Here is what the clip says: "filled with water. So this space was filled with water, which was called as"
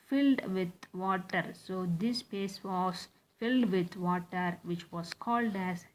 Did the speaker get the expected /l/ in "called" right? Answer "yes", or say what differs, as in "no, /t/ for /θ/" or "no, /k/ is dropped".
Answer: yes